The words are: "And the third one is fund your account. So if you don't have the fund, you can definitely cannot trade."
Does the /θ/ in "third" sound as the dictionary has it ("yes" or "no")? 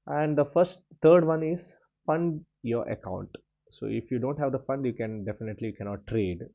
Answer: no